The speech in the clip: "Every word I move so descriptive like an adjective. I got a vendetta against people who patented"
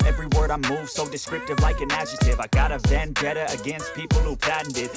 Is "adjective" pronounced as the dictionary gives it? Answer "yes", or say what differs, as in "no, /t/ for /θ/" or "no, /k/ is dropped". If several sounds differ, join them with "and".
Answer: no, /k/ is dropped